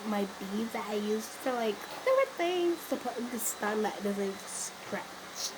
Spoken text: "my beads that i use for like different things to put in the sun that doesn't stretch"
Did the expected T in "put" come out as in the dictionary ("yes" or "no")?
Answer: no